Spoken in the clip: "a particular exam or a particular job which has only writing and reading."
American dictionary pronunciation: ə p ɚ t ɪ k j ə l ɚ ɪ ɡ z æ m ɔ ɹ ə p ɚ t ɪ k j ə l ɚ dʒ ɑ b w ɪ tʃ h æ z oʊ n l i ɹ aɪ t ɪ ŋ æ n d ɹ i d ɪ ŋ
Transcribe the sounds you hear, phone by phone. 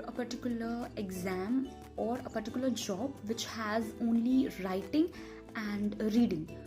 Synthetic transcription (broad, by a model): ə p ɚ t ɪ k j ə l ɚ ɪ ɡ z æ m ɔ ɹ ə p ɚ t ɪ k j l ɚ dʒ ɑ b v ɪ tʃ h æ z oʊ n l i ɹ aɪ t ɪ ŋ æ n d ɹ i d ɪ ŋ